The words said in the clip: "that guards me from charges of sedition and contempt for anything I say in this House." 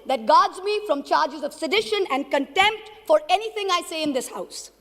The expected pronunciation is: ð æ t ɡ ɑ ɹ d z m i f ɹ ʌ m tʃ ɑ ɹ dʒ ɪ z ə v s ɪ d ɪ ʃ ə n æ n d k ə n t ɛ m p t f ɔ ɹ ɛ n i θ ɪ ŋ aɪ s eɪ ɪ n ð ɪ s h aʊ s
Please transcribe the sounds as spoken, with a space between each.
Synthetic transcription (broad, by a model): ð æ t ɡ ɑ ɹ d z m i f ɹ ʌ m tʃ ɑ ɹ dʒ ɪ z ə v s ɪ d ɪ ʃ ə n æ n d k ə n t ɛ m p t f ɔ ɹ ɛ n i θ ɪ ŋ aɪ s eɪ ɪ n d ɪ s h aʊ s